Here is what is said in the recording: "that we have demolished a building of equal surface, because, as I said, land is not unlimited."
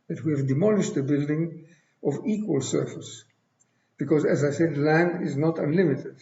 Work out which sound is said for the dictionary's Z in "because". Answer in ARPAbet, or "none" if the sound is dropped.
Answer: Z